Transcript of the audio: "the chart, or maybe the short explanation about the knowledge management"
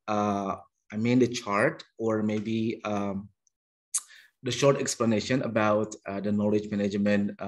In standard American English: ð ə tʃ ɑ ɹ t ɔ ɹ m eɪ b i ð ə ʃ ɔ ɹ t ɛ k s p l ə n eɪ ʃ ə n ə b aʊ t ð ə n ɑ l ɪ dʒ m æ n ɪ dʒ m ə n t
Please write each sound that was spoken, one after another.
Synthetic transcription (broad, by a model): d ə tʃ ɑ ɹ t ɔ ɹ m eɪ b i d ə ʃ ɔ ɹ t ɛ k s p l ə n eɪ ʃ ə n ə b aʊ t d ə n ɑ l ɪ dʒ m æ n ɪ dʒ m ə n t